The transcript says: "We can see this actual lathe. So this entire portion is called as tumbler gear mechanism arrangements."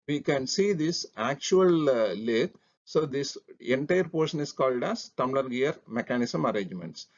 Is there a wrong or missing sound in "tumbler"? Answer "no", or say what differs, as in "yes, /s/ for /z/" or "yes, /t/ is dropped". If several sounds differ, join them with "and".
yes, /b/ is dropped